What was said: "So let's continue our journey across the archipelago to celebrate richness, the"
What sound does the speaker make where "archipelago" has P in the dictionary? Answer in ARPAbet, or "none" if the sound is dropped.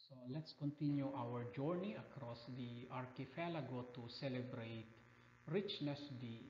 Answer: F